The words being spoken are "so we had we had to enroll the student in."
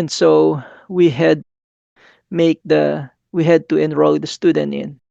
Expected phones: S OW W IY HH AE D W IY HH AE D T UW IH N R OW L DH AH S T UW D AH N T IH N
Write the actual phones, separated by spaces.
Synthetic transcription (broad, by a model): S OW W IY HH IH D W IY HH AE D T UW IH N R OW L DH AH S T UW D AH N T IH N